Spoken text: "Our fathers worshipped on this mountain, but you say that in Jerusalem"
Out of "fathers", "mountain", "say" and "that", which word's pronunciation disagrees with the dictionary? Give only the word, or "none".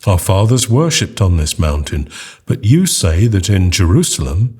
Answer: none